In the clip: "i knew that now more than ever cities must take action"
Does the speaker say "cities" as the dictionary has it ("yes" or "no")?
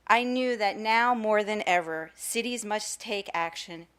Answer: yes